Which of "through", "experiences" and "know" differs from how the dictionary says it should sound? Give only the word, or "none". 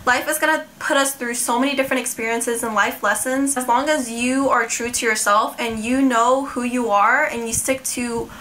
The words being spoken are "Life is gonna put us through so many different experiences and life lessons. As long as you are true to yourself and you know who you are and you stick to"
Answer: none